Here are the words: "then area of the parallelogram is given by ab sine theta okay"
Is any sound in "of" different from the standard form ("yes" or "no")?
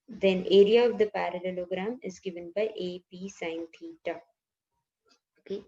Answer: no